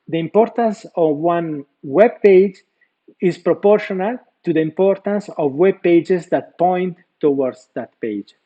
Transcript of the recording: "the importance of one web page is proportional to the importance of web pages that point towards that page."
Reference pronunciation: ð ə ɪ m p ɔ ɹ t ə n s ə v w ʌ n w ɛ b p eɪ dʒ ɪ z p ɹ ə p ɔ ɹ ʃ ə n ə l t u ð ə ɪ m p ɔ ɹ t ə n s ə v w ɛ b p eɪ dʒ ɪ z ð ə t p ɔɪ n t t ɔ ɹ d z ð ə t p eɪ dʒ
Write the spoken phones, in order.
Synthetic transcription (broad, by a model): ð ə ɪ m p ɔ ɹ t ə n s ə v w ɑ n w ɛ b p eɪ dʒ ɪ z p ɹ ə p ɔ ɹ ʃ ə n ə l t u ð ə ɪ m p ɔ ɹ t ə n s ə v w ɛ b p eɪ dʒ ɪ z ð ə t p ɔɪ n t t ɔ w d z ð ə t p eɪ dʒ